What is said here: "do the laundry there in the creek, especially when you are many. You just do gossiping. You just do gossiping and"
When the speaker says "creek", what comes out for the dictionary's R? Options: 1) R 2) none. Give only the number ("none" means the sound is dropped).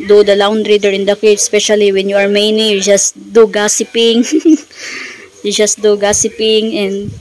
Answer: 2